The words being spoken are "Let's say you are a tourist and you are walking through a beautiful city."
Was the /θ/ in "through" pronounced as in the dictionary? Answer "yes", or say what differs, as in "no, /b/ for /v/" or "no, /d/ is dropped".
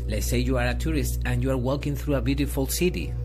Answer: yes